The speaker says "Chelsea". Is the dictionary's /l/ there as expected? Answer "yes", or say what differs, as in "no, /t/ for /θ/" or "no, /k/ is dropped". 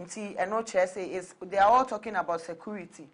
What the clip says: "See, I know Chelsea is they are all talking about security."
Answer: no, /l/ is dropped